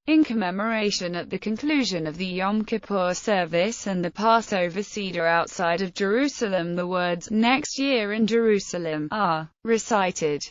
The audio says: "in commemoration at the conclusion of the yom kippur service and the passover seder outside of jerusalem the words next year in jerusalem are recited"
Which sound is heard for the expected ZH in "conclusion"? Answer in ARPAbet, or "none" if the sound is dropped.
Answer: ZH